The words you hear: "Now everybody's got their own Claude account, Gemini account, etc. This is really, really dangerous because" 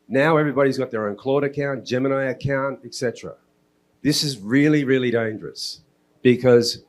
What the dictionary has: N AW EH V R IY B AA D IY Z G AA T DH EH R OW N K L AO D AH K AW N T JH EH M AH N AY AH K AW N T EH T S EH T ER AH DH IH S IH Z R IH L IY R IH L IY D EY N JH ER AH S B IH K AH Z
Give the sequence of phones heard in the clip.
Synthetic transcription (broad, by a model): N AW EH V R IY B AA D IY Z G AA T DH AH R OW N K L AO D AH K AW N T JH EH M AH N AY AH K AW N T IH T S EH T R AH DH IH S IH Z R IH L IY R IH L IY D EY N JH ER AH S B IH K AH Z